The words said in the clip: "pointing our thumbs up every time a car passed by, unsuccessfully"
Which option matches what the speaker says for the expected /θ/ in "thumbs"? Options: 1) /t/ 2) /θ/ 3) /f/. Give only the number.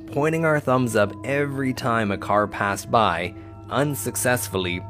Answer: 2